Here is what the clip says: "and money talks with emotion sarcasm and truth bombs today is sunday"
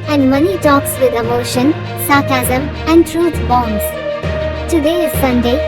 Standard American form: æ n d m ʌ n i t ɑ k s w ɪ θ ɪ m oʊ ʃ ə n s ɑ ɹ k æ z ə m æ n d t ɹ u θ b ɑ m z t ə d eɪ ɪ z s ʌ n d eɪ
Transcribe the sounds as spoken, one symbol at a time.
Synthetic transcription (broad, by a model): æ n d m ʌ n i t ɑ k s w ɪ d ɪ m oʊ ʃ ə n s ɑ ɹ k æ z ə m æ n d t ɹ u t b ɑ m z t ə d eɪ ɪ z s ʌ n d eɪ